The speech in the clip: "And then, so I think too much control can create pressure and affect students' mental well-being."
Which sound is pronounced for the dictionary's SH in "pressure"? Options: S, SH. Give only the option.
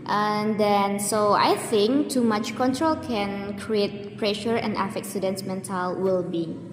SH